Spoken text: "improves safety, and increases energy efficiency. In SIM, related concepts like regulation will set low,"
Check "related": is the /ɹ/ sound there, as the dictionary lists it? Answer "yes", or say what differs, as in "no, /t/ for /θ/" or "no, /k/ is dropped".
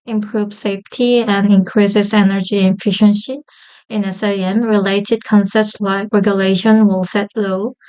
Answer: yes